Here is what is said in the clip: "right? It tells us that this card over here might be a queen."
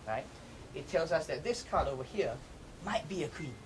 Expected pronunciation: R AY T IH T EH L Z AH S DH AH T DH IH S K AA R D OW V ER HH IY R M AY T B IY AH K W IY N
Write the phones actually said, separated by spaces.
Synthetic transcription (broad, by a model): R AY T IH T EH L Z AH S DH AH T DH IH S K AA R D OW V ER HH IY R M AY T B IY AH K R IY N